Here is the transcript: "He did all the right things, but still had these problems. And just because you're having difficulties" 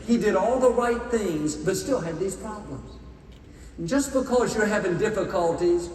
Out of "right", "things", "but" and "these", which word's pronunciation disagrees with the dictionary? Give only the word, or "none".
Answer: none